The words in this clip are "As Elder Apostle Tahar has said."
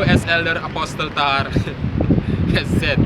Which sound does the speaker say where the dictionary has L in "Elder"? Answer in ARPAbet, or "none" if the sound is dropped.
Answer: L